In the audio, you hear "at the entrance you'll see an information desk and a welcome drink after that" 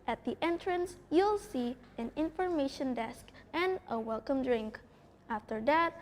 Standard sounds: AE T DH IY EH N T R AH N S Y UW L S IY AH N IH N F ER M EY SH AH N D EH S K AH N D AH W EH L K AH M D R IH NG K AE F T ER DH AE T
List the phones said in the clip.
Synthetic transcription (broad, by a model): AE T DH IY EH N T R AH N S Y UW L S IY AH N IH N F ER M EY SH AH N D EH S K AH N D AH W EH L K AH M D R IH NG K AE F T ER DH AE T